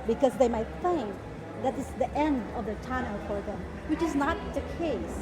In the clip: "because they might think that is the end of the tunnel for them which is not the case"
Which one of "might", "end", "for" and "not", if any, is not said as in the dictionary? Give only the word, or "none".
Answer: none